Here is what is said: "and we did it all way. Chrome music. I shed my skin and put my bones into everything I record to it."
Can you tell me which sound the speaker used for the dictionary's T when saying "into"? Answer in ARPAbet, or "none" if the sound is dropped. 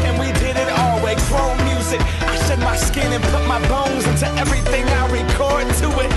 T